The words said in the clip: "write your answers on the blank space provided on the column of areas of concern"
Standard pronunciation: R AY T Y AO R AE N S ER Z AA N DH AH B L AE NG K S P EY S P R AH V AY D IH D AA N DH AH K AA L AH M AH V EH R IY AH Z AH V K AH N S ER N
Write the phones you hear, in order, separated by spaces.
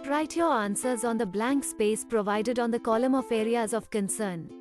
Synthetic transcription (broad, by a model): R AY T Y AO R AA N S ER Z AA N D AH B L AE NG K S P EY S P R AH V AY D IH D AA N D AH K AA L AH M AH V EH R IY AH Z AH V K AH N S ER N